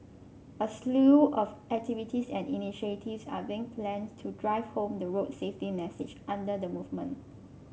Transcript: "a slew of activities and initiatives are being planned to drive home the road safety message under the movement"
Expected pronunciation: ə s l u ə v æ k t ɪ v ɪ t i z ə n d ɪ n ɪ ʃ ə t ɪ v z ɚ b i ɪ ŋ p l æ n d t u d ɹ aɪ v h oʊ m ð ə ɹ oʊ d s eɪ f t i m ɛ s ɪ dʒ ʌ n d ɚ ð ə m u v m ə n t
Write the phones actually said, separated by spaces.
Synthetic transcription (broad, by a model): ə s l u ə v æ k t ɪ v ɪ t i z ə n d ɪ n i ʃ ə t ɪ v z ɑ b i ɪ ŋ p l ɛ n t u d ɹ aɪ v h oʊ m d ə ɹ oʊ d s eɪ f t i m ɛ s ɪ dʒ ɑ n d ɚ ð ə m u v m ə n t